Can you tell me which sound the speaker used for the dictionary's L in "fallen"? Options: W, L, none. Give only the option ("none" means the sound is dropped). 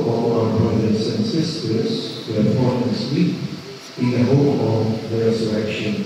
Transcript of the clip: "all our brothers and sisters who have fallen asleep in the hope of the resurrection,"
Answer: none